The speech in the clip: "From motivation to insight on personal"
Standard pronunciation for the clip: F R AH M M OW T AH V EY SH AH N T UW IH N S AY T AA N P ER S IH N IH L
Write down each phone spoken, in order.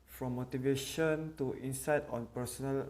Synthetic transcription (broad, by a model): F R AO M M OW T AH V EY SH AH N T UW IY N S AY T AA N P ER S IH N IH L